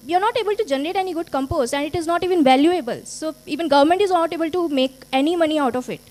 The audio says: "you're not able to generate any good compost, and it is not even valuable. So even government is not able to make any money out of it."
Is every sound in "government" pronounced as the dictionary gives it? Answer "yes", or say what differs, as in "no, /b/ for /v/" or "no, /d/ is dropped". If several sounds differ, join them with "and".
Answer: yes